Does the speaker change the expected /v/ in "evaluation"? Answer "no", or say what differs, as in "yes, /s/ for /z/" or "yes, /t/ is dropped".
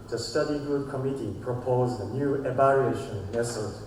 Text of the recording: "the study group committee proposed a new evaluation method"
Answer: yes, /b/ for /v/